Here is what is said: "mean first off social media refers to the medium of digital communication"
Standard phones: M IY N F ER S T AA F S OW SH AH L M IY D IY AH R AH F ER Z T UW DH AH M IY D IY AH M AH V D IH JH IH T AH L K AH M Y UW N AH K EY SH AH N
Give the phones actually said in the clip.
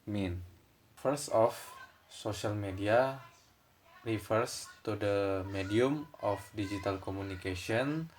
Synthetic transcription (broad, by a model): M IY N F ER S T AA F S OW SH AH L M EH D IY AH R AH F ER S T UW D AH M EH D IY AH M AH F D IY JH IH T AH L K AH M UW N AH K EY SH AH N